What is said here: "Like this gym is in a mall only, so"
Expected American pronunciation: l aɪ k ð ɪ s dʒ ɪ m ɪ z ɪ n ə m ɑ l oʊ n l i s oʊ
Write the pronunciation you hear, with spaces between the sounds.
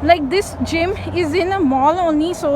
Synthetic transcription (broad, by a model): l aɪ k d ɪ s dʒ ɪ m ɪ z ɪ n ə m ɑ l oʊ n i s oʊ